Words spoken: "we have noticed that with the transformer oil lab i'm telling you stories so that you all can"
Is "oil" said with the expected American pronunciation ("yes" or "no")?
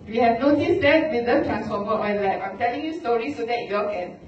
no